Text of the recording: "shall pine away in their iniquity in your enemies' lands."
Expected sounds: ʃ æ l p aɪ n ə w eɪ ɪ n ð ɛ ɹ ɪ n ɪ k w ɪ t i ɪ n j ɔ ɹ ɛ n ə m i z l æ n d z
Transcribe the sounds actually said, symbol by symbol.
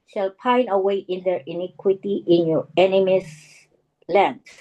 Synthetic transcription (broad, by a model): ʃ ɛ l p aɪ n ə w eɪ ɪ n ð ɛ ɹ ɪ n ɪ k w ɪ t i ɪ n j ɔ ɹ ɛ n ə m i s l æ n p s